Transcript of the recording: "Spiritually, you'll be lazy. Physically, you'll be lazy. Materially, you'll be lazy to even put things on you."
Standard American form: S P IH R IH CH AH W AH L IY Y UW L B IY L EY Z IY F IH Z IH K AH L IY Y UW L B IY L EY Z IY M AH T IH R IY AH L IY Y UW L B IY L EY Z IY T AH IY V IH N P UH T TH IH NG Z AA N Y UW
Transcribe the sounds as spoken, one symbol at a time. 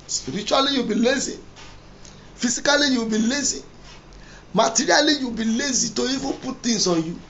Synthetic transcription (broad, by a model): S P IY R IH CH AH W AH L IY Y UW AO B IY L EY Z IY F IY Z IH K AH L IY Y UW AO B IY L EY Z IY M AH T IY R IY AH L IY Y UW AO B IY L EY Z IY T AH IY F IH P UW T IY Z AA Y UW